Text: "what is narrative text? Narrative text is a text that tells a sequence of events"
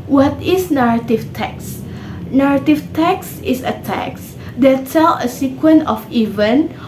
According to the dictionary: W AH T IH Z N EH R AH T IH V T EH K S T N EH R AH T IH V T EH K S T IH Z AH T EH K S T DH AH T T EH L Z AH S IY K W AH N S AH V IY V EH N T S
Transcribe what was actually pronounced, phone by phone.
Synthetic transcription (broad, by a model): W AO T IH S N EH R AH T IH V T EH K S N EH R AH T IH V T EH K S IH S AH T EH K S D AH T S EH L AH S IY K W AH N AH F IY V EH N